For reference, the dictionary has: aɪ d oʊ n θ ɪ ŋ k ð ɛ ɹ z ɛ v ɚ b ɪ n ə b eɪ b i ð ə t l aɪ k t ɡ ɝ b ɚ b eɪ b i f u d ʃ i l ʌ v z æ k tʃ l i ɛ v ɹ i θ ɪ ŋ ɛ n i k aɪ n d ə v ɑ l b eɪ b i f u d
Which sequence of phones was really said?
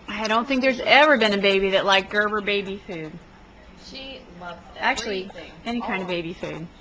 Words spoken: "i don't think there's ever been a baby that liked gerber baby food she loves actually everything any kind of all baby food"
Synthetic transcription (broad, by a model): aɪ d oʊ n θ ɪ ŋ k ð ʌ ɹ z ɛ v ɚ b ɪ n ə b eɪ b i ð ə t l aɪ k ɡ ɝ b ɚ b eɪ b i f u d ʃ i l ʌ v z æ k tʃ l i i ɛ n i k aɪ n d ə v b eɪ b i f u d